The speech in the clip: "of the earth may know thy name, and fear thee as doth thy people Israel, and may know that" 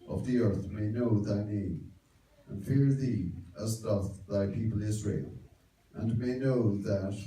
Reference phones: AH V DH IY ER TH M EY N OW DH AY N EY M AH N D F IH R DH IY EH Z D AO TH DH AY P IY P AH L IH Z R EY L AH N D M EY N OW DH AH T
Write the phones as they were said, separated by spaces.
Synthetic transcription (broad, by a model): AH V DH IY ER TH M EY N OW DH AY N EY M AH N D F IH R DH IY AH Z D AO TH DH AY P IY P AH L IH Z R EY L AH N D M EY N OW DH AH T